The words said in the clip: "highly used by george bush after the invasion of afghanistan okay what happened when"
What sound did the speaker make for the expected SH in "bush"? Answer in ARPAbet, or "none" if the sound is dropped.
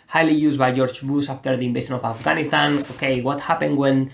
S